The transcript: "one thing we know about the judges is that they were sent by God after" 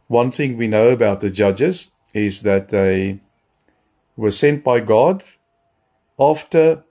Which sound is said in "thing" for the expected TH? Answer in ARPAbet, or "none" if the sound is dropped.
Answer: TH